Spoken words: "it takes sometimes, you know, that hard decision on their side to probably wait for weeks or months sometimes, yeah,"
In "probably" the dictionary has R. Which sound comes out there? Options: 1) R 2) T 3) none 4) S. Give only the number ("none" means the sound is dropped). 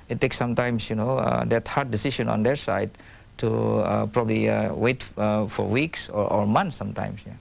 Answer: 1